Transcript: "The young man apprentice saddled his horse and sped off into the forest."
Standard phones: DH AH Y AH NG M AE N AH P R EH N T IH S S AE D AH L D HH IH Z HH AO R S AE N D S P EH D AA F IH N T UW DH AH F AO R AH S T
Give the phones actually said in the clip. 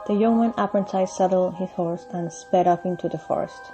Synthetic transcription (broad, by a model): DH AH Y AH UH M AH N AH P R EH N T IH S S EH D L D HH IH Z HH AO R S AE N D S P EH D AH P IH N T UW DH AH F AO R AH S T